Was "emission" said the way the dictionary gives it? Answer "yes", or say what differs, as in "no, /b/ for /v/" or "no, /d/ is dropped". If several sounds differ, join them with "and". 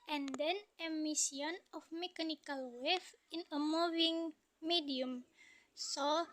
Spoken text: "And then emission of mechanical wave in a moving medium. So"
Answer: no, /s/ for /ʃ/